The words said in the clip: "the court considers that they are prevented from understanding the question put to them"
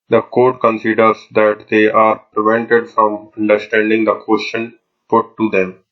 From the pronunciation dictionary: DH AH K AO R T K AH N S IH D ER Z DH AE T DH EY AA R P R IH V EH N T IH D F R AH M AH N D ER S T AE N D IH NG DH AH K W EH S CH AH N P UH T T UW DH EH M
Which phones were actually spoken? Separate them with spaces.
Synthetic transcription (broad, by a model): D AH K AO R T K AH N S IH D ER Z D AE T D EY AA R P R IH V EH N T IH D F R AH M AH N D ER S T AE N D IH NG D AH K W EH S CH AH N P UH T T UW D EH M